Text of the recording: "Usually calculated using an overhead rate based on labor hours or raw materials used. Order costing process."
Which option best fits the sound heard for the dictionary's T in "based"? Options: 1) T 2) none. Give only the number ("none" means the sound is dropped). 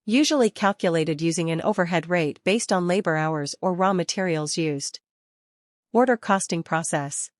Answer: 1